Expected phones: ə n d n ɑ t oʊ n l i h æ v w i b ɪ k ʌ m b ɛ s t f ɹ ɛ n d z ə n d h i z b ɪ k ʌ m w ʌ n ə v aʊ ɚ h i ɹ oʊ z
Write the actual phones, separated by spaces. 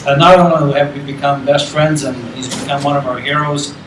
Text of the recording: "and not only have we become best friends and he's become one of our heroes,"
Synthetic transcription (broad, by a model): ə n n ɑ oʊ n n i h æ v w i b ɪ k ʌ m b ɛ s t f ɹ ɛ n d z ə n h i z b ɪ k ʌ m w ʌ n ə v aʊ ɚ h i ɹ oʊ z